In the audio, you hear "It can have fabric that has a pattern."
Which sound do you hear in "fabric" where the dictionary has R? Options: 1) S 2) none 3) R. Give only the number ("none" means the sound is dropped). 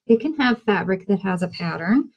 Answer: 3